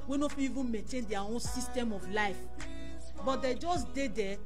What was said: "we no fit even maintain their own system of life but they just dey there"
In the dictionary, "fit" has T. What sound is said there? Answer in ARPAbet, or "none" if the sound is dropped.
none